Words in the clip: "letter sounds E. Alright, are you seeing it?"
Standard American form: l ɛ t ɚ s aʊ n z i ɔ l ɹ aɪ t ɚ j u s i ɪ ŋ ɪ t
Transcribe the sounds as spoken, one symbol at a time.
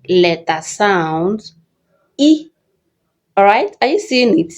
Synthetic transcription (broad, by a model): l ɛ t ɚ s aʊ n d i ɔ ɹ aɪ t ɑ j u s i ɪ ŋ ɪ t